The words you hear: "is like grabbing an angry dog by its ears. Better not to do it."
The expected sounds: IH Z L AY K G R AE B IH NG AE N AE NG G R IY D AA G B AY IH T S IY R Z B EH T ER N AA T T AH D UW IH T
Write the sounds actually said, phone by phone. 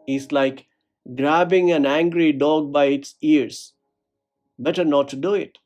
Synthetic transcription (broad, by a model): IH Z L AY K G R AE B IH NG AE N AE NG G R IY D AA G B AY IH T S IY R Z B EH T ER N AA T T D UW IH T